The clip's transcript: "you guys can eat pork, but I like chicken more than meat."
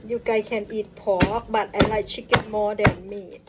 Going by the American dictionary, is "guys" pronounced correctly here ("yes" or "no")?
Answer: no